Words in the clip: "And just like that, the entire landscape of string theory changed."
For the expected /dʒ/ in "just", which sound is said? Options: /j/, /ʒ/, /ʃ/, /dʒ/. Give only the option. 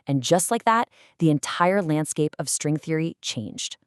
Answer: /dʒ/